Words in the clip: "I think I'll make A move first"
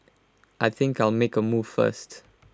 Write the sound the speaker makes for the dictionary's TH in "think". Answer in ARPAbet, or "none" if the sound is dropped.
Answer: TH